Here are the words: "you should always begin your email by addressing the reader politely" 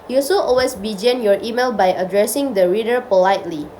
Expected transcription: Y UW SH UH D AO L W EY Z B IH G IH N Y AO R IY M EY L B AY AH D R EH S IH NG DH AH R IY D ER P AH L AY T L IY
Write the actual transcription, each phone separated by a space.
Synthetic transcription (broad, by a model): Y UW S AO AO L W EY S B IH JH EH N Y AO R IY M EY L B AY AH D R EH S IH NG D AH R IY D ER P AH L AY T L IY